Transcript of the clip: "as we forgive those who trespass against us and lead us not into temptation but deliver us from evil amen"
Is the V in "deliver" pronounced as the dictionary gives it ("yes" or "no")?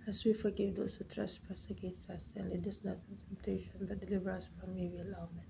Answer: yes